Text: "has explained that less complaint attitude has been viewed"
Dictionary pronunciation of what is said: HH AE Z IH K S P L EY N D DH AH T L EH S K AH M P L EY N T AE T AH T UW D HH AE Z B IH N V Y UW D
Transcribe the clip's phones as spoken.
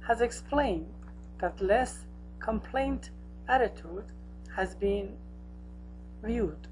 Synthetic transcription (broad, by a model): HH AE Z IH K S P L EY N D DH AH T L EH S K AH M P L EY N T AE T AH T UW D HH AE Z B IH N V Y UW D